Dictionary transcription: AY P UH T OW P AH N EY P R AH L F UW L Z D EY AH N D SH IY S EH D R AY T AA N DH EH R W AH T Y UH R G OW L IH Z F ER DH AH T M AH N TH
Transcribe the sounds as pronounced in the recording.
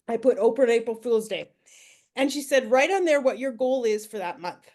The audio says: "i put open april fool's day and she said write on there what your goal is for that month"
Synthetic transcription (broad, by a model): AY P UH T OW P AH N EY P R L F UW L Z D EY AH N SH IY S EH D R AY T N DH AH R W AH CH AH R G OW L IH Z F ER DH AH T M AH N TH